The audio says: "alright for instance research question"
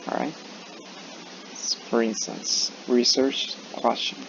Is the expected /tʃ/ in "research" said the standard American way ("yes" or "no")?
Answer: yes